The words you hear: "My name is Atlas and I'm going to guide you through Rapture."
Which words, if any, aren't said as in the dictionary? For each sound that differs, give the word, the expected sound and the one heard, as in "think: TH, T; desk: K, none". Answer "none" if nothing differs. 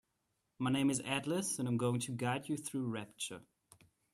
none